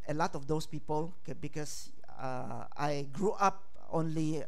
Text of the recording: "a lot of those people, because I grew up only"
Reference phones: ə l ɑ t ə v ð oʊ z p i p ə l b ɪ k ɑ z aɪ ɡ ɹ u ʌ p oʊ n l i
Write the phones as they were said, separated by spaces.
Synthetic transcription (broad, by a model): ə l ɑ t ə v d oʊ s p i p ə l b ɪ k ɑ s aɪ ɡ ɹ u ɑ p oʊ n l i